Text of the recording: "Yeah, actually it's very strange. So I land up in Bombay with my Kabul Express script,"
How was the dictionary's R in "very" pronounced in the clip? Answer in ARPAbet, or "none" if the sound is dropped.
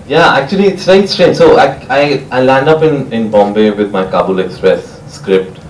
none